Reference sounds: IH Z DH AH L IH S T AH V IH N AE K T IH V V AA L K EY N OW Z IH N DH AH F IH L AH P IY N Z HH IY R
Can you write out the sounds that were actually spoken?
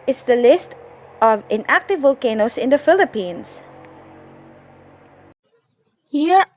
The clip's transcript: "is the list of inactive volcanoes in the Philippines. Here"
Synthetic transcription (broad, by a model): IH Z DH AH L IH S T AH V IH N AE K T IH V V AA L K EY N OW S IH N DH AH F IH L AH P IY N S HH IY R